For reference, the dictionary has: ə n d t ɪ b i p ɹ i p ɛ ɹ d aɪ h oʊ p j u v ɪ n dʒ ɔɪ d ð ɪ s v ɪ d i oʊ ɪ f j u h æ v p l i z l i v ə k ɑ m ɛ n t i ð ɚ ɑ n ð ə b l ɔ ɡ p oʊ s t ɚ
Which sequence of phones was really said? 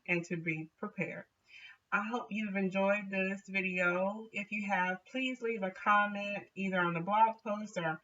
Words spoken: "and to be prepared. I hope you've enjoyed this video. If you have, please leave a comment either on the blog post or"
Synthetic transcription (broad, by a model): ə n t ɪ b i p ɹ i p ɛ ɹ d aɪ h oʊ p j u v ɪ n dʒ ɔɪ d ð ɪ s v ɪ d i oʊ ɪ f j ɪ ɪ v p l i z l i v ə k ɑ m ɛ n t i ð ɚ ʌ n ð ə b l ɔ ɡ p oʊ s t ɚ